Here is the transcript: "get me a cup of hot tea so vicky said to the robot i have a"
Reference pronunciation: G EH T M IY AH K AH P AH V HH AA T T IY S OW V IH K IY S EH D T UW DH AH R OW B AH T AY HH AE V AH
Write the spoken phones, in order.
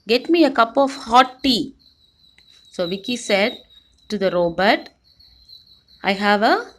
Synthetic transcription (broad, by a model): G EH T M IY AH K AH P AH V HH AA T T IY S OW V IH K IY S EH D T UW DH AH R OW B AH T AY HH AE V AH